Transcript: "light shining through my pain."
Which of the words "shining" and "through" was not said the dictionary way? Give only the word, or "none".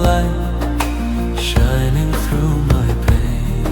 none